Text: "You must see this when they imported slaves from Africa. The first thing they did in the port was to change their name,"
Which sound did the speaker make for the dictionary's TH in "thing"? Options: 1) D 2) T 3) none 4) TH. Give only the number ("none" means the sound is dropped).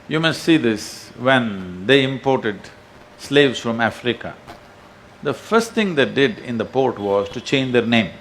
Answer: 2